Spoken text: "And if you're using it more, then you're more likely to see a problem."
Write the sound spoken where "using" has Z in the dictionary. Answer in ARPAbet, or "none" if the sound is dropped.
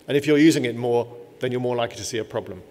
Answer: Z